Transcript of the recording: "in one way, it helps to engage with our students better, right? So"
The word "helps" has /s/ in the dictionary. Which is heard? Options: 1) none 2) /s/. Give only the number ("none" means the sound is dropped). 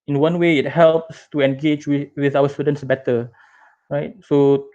2